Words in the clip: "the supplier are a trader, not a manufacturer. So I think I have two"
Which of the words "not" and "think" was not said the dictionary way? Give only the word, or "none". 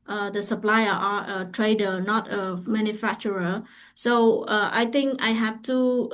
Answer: think